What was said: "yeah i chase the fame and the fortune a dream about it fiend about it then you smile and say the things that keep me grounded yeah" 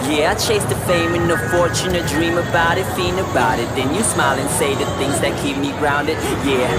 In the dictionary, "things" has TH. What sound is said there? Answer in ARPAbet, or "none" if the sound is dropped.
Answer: TH